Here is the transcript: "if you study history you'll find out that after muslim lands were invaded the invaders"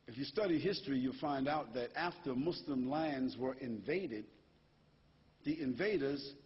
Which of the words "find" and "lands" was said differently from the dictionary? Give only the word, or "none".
none